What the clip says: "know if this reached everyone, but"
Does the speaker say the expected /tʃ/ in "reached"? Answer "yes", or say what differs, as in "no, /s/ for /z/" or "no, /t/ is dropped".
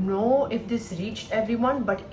yes